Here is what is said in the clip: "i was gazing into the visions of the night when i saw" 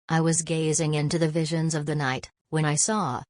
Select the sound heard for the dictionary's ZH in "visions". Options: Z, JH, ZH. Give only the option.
ZH